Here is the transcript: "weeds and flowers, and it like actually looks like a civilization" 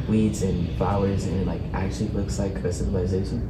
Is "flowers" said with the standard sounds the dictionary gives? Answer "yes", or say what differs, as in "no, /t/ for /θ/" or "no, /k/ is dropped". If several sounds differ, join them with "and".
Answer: yes